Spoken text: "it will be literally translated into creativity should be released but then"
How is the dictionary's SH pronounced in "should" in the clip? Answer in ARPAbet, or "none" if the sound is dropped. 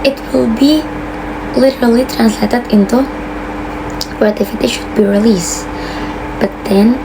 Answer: SH